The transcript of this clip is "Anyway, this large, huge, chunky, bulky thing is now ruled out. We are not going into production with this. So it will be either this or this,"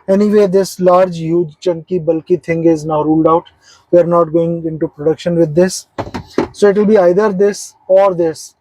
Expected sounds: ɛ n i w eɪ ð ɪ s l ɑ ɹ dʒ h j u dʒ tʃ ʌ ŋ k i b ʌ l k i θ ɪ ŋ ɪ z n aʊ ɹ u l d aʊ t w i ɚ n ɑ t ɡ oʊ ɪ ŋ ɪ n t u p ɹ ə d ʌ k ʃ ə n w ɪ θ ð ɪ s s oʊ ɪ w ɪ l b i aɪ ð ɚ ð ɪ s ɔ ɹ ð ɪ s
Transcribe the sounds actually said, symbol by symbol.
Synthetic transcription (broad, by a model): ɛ n i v eɪ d ɪ s l ɑ ɹ dʒ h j u dʒ tʃ ʌ ŋ k i b ʌ l k i t ɪ ŋ ɪ z n aʊ ɹ u l d aʊ t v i ɚ n ɑ t ɡ oʊ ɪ ŋ ɪ n t u p ɹ ə d ʌ k ʃ ə n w ɪ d ɪ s s oʊ ɪ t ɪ l b i aɪ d ɚ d ɪ s ɔ ɹ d ɪ s